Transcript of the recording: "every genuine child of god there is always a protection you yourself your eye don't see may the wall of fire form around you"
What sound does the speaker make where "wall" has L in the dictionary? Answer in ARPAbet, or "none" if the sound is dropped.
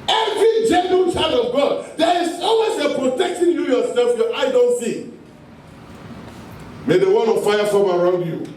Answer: N